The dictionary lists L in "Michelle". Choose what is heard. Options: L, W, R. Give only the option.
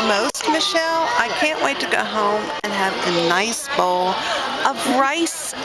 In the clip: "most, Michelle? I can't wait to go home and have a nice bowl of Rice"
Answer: L